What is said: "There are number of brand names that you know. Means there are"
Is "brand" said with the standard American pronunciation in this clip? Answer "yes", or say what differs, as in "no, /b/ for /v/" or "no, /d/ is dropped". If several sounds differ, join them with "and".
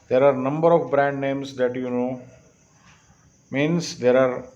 yes